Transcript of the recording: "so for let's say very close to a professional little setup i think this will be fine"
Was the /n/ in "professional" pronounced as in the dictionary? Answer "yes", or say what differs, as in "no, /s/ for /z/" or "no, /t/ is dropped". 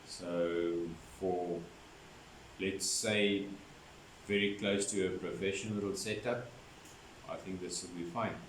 no, /n/ is dropped